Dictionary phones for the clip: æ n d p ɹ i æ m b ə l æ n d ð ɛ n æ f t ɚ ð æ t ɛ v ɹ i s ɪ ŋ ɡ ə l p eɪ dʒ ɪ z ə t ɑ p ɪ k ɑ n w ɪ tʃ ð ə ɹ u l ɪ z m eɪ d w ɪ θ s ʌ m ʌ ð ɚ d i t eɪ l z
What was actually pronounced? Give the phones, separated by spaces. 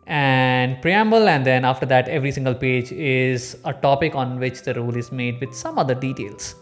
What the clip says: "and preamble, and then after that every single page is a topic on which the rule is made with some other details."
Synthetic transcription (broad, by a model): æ n d p ɹ i æ m b ə l æ n d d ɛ n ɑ f t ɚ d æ t ɛ v ɹ i s ɪ ŋ ɡ ə l p eɪ dʒ ɪ z ə t ɑ p ɪ k ɑ n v ɪ tʃ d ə ɹ u l ɪ z m eɪ d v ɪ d s ʌ m ʌ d ɚ d i t eɪ l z